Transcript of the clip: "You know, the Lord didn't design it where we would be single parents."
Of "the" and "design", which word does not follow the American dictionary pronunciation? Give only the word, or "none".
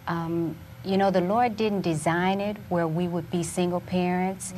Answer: none